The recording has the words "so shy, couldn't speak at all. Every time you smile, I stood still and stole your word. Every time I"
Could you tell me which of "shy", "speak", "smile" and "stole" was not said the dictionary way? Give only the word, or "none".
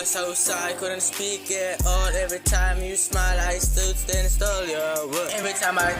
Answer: shy